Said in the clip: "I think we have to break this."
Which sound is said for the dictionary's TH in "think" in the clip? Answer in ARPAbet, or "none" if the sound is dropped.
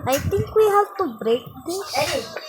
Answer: T